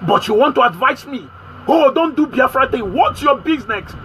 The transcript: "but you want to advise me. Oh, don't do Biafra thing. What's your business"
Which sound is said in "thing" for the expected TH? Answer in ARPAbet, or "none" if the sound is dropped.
T